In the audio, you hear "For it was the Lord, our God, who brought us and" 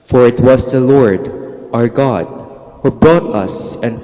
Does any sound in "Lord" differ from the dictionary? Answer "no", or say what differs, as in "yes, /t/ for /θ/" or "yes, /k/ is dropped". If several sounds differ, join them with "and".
no